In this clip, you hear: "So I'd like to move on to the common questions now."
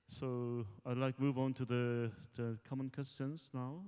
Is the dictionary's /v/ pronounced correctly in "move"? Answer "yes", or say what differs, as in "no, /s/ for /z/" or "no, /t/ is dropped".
yes